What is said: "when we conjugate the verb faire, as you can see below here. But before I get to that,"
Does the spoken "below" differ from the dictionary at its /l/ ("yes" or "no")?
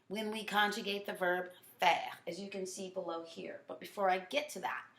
no